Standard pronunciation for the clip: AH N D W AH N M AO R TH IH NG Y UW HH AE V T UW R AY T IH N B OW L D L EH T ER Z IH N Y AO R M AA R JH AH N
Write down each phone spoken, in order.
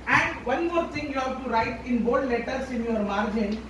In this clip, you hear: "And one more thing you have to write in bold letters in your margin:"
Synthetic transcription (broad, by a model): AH N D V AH N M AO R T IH NG Y UW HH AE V T UW R AY T IH N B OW D L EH T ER S IH N Y AO R M AA R JH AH N